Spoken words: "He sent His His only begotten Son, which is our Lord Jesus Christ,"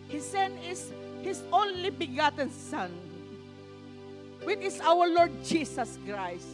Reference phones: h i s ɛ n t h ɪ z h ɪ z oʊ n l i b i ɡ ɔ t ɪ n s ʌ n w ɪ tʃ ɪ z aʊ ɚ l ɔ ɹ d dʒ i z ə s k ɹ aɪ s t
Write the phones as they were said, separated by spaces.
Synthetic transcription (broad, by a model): h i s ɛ n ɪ s h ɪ s oʊ n l i b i ɡ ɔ t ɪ n s ʌ n w ɪ tʃ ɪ s aʊ ɚ l ɔ ɹ d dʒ i s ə s k ɹ aɪ s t